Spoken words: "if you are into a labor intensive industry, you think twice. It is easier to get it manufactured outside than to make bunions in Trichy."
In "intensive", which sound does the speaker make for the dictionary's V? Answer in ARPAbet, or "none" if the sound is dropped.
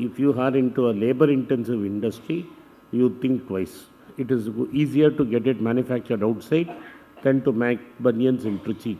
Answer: V